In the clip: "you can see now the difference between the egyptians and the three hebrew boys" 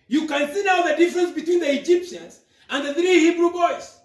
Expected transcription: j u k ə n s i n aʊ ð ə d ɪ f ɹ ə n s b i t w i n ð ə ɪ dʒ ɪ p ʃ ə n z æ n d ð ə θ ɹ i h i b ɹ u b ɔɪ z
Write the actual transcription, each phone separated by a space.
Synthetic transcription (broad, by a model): j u k ə n s i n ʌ ð ə d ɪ f ɹ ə n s b i t w i n ð ə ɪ dʒ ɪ p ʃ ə n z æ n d ð ə θ ɹ i h i b ɹ u b ɔɪ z